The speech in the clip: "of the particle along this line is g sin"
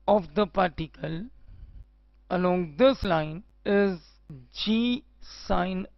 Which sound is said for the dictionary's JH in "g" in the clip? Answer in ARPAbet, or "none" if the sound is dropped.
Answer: JH